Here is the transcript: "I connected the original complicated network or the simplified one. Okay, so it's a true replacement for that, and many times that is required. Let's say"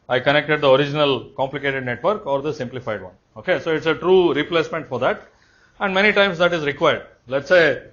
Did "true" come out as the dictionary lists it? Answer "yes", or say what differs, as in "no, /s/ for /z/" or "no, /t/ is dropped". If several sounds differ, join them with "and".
yes